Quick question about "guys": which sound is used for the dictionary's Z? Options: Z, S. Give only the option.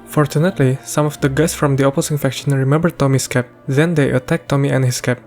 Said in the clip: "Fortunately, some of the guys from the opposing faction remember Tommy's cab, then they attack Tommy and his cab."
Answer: S